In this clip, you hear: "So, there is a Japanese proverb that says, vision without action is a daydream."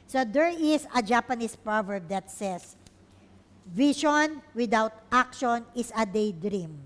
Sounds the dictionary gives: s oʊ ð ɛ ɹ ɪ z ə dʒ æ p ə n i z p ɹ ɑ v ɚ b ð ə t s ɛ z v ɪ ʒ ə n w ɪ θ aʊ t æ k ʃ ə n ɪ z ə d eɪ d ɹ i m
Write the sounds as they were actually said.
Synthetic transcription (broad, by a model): s oʊ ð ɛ ɹ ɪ s ə dʒ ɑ p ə n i s p ɹ ɑ v ɚ b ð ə t s ɛ s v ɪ ʃ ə n w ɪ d aʊ t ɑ k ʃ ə n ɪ s ə d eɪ d ɹ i m